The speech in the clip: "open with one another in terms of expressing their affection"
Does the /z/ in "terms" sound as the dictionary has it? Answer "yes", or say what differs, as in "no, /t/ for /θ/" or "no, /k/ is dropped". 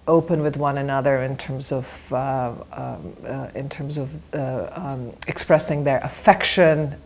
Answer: yes